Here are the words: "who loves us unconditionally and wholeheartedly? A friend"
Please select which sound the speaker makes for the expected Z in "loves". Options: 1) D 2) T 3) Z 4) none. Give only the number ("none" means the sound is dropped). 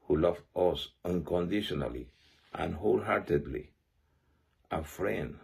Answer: 4